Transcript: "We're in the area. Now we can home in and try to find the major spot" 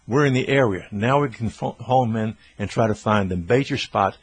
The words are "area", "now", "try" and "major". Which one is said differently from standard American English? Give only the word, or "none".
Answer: major